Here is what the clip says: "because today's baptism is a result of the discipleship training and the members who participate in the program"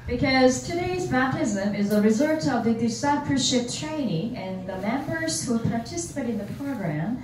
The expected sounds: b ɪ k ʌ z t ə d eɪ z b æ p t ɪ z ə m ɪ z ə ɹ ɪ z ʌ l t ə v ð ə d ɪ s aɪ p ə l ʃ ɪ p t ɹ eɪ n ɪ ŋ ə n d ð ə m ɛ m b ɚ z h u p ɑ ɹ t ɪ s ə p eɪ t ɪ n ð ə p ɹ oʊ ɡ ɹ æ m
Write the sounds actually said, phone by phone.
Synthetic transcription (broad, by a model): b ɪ k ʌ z t ə d eɪ z b æ p t ɪ z ə m ɪ z ə ɹ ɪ z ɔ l t ə v ð ə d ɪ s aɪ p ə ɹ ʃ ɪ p t ɹ eɪ n ɪ ŋ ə n ð ə m ɛ m b ɚ z h u p ɑ ɹ t ɪ s ə p eɪ t ɪ n ð ə p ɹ oʊ ɡ ɹ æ m